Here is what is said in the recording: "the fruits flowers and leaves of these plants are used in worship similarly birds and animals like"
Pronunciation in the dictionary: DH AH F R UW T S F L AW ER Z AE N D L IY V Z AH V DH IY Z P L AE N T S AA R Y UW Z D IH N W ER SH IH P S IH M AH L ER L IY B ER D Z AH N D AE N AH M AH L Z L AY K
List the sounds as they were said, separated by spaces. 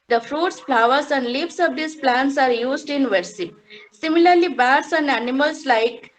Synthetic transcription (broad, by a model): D AH F R UW T S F L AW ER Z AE N D L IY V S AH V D IY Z P L AE N T S AA R Y UW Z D IH N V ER S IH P S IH M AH L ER L IY B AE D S AH N D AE N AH M AH L S L AY K